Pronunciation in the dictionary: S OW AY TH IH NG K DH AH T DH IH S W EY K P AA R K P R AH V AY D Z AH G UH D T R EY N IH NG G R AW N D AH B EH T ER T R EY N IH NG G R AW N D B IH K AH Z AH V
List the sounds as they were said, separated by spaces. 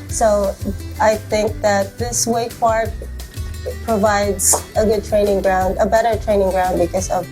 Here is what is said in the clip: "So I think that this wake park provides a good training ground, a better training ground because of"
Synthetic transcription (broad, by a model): S OW AY TH IH NG K DH AH T DH IH S W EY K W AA R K P R AH V AY D Z AH G UH D T R EY N IH NG G R AW N D AH B EH T ER T R EY N IH NG G R AW N D B IH K AH Z AH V